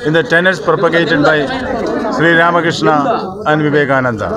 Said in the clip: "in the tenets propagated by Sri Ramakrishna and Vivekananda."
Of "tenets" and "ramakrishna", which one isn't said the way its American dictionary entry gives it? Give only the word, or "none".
none